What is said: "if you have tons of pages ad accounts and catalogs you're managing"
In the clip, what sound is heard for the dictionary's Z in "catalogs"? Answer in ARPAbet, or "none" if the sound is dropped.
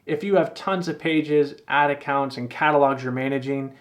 Z